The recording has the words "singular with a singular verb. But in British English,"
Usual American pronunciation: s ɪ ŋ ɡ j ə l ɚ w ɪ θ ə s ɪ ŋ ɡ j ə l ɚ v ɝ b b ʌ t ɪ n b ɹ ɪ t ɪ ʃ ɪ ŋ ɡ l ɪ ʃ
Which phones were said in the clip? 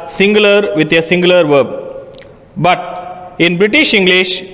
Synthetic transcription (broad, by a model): s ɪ ŋ ɡ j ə l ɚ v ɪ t ə s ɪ ŋ ɡ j l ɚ v ɝ b b ʌ t ɪ n b ɹ ɪ t ɪ ʃ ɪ ŋ ɡ l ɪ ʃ